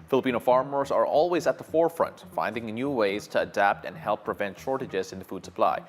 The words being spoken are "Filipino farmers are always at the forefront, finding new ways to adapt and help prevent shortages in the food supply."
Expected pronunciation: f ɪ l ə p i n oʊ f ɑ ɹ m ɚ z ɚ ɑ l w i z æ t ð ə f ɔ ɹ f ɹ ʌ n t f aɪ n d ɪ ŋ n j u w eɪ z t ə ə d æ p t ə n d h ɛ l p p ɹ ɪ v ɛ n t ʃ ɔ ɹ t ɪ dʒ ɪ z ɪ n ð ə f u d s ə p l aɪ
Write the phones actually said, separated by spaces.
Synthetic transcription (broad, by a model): f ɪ l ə p i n oʊ f ɑ ɹ m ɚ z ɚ ɑ l w i z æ t ð ə f ɔ ɹ f ɹ ʌ n t f aɪ n d ɪ ŋ n j u w eɪ z t ə ə d æ p t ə n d h ɛ l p p ɹ ɪ v ɛ n t ʃ ɔ ɹ t ɪ dʒ ɪ z ɪ n ð ə f u d s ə p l aɪ